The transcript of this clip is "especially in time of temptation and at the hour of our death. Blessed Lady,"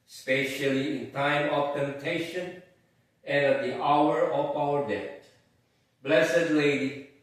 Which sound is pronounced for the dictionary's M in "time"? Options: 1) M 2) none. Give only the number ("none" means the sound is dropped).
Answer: 1